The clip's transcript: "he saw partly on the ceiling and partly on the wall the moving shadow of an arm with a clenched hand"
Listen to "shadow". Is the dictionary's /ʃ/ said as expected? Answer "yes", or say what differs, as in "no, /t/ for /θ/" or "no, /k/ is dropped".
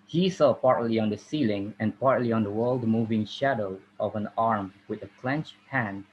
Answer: yes